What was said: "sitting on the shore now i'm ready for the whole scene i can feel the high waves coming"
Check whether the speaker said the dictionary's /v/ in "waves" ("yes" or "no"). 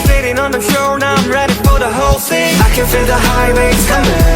no